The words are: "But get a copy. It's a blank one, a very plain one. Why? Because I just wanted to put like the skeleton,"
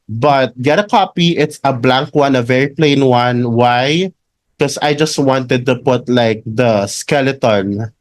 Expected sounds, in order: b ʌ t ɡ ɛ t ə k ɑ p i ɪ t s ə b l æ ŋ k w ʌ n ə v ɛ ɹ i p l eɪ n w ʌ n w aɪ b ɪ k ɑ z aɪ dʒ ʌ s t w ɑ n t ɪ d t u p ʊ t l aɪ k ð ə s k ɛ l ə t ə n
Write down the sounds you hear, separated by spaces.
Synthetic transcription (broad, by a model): b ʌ t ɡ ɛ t ə k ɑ p i ɪ t s ə b l æ ŋ k w ʌ n ə v ɛ ɹ i p l eɪ n w ʌ n w aɪ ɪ k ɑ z aɪ dʒ ʌ s t w ɑ n t ɪ d t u p ʊ t l aɪ k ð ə s k ɛ l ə t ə n